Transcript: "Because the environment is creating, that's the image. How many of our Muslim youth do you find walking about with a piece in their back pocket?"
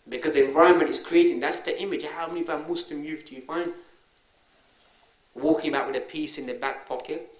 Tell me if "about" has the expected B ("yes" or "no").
no